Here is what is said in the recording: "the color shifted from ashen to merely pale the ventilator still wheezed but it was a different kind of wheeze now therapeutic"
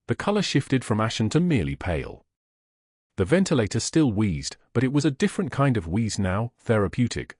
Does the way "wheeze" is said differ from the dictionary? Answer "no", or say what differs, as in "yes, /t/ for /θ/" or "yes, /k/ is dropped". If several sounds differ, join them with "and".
no